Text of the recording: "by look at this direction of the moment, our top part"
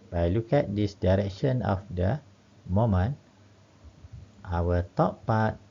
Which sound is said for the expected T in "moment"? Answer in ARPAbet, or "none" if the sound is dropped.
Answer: T